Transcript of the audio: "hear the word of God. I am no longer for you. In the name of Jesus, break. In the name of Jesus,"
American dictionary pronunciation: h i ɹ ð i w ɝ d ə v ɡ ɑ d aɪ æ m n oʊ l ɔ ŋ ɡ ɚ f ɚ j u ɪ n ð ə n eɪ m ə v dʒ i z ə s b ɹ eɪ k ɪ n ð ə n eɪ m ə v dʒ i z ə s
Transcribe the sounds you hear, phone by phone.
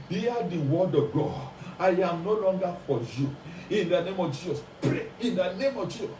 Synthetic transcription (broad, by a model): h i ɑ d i w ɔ d ə v ɡ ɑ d aɪ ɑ m n oʊ l ɔ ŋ ɡ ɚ f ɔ j u ɪ n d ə n eɪ m ə v dʒ i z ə s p ɹ eɪ ɪ n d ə n eɪ m ə v dʒ i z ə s